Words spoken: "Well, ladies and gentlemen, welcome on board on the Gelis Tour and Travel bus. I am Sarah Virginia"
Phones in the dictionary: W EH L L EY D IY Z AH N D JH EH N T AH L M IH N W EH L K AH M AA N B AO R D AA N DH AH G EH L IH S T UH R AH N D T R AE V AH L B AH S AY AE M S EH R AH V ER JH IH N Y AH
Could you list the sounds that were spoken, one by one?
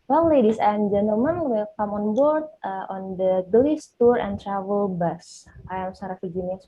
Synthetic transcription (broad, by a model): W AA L L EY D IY S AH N JH EH N T AH L M IH N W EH K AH M AA N B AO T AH AA N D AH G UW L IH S T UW R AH N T R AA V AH L B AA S AY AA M S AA R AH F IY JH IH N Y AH